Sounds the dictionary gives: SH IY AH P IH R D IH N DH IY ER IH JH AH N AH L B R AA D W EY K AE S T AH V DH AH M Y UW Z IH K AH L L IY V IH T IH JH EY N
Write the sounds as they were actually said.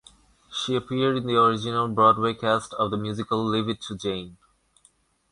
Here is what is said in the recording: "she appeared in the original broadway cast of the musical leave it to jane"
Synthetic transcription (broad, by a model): SH IY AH P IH R D IH N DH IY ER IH JH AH N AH L B R AA D W EY K AE S T AH V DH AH M Y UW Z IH K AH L L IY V IH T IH JH EY N